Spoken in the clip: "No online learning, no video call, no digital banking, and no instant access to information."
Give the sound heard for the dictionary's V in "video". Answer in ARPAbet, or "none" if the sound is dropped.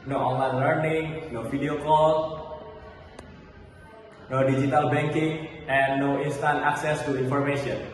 F